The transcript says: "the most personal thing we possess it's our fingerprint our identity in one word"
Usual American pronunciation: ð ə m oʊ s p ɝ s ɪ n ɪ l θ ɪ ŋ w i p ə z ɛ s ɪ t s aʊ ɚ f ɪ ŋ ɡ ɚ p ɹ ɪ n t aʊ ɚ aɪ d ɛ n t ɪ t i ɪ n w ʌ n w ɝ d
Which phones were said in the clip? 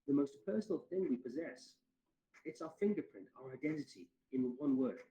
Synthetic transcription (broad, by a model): ð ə m oʊ s p ɝ s n l θ ɪ ŋ w i p ə z ɛ s ɪ t s aʊ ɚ f ɪ ŋ ɡ ɚ p ɹ ɪ n t aʊ ɚ aɪ d ɛ n t ɪ t i ɪ n w ʌ n w ɝ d